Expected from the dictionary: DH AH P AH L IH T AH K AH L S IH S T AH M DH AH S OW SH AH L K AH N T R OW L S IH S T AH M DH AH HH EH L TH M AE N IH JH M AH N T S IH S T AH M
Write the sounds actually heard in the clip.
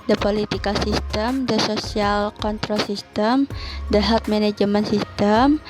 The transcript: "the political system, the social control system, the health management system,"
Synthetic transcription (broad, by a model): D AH P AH L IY T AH K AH S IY S T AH M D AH S OW S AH L K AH N T R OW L S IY S T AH M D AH HH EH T M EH N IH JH M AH N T S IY S T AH M